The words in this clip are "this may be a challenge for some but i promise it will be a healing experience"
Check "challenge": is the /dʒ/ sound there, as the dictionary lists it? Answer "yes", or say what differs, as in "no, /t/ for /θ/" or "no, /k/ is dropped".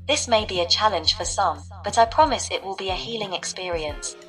no, /ʒ/ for /dʒ/